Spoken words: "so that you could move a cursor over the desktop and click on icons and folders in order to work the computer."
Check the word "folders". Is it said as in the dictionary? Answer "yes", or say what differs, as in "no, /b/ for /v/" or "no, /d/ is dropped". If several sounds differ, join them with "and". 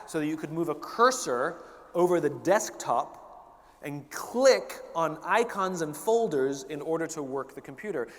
yes